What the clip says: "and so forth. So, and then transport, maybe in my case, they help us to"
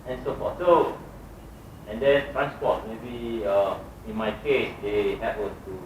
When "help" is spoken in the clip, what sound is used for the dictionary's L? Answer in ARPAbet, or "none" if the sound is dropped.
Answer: none